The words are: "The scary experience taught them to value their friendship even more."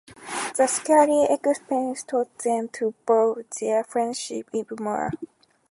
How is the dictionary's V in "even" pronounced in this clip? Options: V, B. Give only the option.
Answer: B